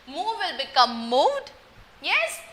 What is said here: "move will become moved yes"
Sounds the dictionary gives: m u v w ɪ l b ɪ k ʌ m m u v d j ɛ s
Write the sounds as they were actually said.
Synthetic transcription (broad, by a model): m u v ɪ l b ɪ k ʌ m m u d j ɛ s